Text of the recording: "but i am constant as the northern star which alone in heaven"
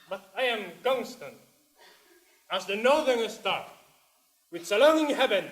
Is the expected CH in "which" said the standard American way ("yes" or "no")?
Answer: no